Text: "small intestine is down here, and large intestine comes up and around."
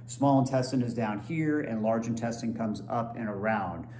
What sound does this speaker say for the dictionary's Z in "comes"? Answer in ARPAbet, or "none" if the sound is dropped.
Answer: Z